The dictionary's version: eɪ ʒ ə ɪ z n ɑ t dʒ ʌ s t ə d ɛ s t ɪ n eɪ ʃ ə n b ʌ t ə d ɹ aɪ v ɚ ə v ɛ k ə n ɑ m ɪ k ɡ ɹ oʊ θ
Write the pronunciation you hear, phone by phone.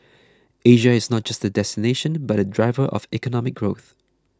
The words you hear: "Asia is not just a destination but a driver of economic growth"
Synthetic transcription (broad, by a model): eɪ ʒ ə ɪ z n ɑ t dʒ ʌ s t ə d ɛ s t ɪ n eɪ ʃ ə n b ʌ t ə d ɹ aɪ v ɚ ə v ɛ k ə n ɑ m ɪ k ɡ ɹ oʊ θ